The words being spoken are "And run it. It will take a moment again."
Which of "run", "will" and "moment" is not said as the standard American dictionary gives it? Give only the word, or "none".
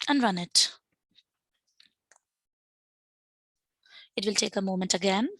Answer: none